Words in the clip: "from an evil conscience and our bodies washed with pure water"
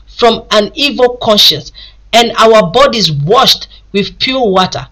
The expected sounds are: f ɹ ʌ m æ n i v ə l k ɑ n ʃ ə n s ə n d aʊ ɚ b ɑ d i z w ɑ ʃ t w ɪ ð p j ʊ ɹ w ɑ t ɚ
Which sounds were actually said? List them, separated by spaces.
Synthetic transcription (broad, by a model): f ɹ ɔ m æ n i v ə l k ɑ n ʃ ə n s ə n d aʊ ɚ b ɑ d i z w ɑ ʃ t w ɪ ð p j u l w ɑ t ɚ